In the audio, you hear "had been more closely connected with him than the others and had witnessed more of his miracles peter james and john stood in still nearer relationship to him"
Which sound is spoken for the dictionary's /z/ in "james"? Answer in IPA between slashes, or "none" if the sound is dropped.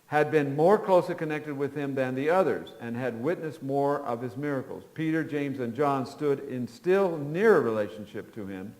/z/